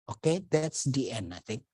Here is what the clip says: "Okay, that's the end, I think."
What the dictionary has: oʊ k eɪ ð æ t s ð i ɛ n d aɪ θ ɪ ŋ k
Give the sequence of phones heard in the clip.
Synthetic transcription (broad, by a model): oʊ k eɪ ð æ t s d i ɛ n aɪ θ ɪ ŋ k